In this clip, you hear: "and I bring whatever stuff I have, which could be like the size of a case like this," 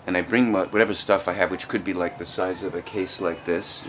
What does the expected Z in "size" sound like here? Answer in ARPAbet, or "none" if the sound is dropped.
Z